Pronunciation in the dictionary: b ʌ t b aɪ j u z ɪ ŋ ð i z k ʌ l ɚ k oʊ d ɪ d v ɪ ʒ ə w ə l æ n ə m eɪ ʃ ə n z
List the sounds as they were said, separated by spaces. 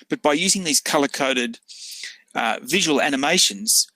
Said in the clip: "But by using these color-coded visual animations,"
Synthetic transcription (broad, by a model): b ʌ t b aɪ j u z ɪ ŋ ð i z k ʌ l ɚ k oʊ d ɪ d v ɪ ʒ ə w ə l æ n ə m eɪ ʃ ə n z